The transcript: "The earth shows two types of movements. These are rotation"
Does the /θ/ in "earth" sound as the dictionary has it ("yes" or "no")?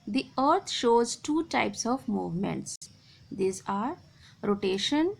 no